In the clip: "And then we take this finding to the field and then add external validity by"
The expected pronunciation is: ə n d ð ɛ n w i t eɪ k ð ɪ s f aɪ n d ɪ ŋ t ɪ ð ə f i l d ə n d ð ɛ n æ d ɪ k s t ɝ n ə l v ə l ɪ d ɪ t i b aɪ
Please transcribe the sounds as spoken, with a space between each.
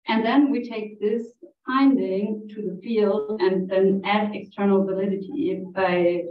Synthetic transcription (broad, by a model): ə n ð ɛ n w i t eɪ k ð ɪ s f aɪ n d ɪ ŋ t ɪ ð ə f i l d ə n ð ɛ n æ d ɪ k s t ɝ n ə l v ə l ɪ d ɪ t i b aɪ